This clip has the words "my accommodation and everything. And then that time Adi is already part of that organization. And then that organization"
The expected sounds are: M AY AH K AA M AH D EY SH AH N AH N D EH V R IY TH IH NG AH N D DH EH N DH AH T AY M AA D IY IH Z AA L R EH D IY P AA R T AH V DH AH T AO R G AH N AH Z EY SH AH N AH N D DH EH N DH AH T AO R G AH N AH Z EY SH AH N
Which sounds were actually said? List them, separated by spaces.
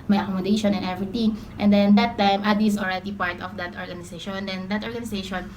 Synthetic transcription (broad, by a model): M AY AH K AA M AH D EY SH AH N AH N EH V R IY T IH NG AH N D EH N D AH T AY M AA D IY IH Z AA L R EH D IY P AA R T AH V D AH T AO R G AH N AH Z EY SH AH N AH N D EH N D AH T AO R G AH N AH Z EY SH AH N